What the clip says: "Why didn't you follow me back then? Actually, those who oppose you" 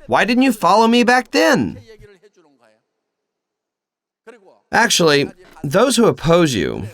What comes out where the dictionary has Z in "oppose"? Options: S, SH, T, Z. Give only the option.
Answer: Z